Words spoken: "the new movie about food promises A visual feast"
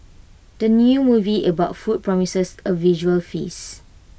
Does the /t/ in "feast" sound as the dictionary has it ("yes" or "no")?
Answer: no